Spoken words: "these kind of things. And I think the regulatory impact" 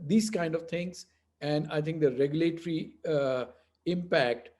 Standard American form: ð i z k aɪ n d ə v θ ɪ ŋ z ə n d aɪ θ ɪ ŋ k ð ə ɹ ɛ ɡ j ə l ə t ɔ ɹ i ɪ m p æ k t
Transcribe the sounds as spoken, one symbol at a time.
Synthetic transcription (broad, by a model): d i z k aɪ n d ə v t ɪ ŋ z ə n d aɪ t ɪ ŋ k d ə ɹ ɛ ɡ j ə l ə t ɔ ɹ i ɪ m p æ k t